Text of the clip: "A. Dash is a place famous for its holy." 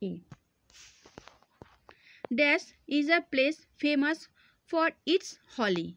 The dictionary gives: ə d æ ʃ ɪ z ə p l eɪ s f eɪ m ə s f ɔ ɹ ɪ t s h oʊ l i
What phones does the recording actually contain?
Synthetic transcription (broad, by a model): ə d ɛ s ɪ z ə p l eɪ s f eɪ m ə s f ɔ ɹ ɪ t s h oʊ l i